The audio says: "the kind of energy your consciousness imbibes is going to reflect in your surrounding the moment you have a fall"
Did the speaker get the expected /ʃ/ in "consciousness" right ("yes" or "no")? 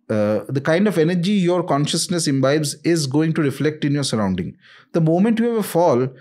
yes